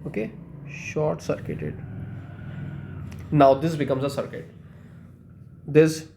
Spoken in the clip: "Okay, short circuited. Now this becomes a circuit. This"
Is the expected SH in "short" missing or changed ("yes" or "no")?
no